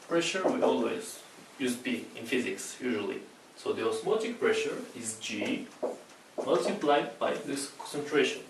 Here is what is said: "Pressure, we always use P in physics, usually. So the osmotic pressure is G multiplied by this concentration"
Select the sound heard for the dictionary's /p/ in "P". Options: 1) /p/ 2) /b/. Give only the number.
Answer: 2